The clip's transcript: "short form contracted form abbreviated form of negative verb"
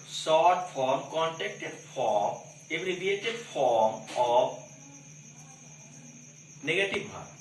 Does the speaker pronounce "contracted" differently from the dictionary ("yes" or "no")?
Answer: yes